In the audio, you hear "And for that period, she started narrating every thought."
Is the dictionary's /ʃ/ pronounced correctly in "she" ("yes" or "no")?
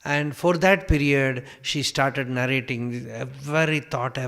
yes